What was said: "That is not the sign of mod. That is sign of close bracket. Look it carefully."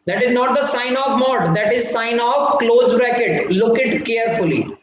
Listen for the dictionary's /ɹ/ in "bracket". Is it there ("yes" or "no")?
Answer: yes